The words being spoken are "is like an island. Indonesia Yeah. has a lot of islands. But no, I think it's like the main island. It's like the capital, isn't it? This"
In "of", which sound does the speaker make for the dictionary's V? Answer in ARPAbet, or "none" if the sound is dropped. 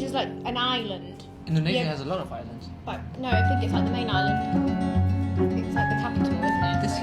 V